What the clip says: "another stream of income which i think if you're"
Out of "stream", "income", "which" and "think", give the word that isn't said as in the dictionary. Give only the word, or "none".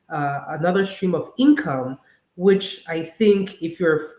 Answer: none